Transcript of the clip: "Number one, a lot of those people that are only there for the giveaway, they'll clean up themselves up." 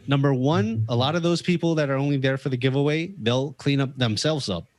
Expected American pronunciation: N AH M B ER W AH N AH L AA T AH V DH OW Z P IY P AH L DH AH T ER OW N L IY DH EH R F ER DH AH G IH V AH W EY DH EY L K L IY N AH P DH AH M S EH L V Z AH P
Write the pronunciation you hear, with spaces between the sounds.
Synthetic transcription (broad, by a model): N AH M B ER W AH N AH L AA T AH V DH OW Z P IY P L DH AH T ER OW N L IY DH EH R F ER DH AH G IH V AH W EY DH EY L K L IY N AH P DH AH M S EH L V Z AH P